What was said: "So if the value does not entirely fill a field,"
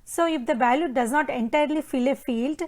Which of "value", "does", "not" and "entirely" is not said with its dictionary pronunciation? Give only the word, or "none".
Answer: value